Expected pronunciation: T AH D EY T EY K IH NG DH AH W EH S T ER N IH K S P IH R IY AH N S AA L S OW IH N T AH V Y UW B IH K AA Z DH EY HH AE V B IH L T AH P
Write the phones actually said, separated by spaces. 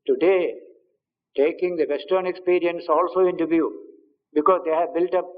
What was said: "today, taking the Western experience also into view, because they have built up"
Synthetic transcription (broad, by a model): T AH D EY T EY K IH NG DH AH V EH S T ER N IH K S P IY R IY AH N S AA L S OW IH N T AH V Y UW B IH K AA Z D EY HH AE V B IH L T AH P